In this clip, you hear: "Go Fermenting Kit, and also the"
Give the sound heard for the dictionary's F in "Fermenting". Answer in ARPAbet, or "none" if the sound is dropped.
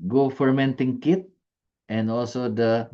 F